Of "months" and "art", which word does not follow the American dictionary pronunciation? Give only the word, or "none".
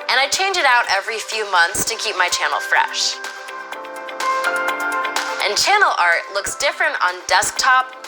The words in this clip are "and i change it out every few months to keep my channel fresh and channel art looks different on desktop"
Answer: none